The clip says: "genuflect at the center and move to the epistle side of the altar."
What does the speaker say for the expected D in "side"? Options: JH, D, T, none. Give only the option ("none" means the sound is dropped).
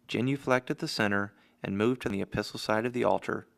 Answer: D